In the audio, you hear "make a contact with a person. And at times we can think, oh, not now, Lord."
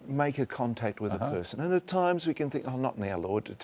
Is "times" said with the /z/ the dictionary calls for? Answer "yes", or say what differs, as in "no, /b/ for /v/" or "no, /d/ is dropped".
yes